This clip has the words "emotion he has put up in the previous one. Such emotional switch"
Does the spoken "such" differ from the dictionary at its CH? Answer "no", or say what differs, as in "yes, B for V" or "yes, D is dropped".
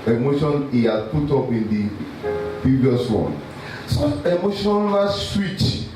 yes, CH is dropped